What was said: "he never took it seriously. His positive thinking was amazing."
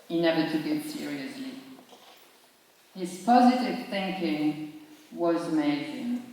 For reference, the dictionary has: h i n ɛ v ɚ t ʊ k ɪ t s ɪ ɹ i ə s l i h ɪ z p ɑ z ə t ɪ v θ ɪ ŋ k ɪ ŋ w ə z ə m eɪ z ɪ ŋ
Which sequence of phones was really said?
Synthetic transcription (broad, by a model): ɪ n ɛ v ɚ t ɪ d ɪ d s ɪ ɹ i ə s l i h ɪ z p ɑ z ə t ɪ v θ ɪ ŋ k ɪ ŋ w ə z m eɪ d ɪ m